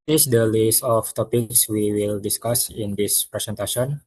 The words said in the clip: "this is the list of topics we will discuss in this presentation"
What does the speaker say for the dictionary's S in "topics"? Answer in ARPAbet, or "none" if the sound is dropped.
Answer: S